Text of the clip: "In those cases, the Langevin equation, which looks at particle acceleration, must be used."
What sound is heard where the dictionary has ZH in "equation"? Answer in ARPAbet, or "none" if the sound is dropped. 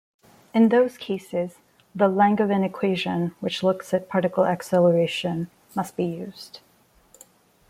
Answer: ZH